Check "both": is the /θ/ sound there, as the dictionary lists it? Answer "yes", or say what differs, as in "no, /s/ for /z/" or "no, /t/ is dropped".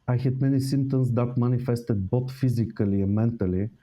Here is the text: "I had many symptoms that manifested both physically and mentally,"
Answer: no, /t/ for /θ/